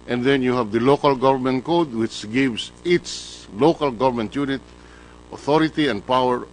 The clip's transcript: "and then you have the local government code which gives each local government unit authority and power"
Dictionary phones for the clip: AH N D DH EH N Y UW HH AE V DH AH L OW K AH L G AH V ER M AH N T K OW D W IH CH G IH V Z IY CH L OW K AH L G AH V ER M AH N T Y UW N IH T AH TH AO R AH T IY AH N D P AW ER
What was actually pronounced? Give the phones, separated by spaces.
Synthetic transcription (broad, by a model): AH N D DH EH N Y UW HH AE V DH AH L OW K AH L G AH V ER M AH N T K OW D W IH CH G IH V S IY S L OW K AH L G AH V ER M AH N T Y UW N IH T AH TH AO R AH T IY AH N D P AW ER